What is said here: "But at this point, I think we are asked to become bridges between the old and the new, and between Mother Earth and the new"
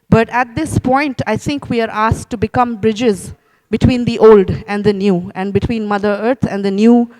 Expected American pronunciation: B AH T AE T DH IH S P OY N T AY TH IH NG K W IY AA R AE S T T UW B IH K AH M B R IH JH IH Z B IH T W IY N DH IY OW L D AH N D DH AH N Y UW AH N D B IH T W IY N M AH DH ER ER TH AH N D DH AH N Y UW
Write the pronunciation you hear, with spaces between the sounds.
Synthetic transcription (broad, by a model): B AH T AE T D IH S P OY N T AY T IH NG K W IY AA R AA S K T UW B IH K AH M B R IH JH IH Z B IH T W IY N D IY OW L D AH N D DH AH N Y UW AH N D B IH T W IY N M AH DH ER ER T AH N D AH N Y UW